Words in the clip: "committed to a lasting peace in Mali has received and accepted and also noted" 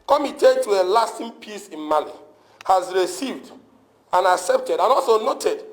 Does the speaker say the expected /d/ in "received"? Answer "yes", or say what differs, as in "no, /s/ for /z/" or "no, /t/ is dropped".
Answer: yes